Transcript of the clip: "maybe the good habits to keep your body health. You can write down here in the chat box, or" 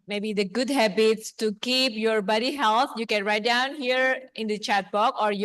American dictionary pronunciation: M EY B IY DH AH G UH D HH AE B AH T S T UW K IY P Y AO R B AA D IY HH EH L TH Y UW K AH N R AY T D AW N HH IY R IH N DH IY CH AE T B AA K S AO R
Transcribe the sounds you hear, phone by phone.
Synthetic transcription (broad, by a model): M EY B IY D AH G UH D HH AE B AH T S T UW K IY P Y AO R B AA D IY HH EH L T Y UW K AH N R AY T D AW N HH IY R IH N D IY CH AE T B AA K AO R